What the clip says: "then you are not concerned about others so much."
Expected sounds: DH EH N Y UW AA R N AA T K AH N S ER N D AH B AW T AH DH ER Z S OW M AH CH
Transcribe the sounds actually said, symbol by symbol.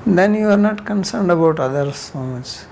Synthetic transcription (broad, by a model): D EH N Y UW AA R N AA T K AH N S ER N D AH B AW T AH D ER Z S OW M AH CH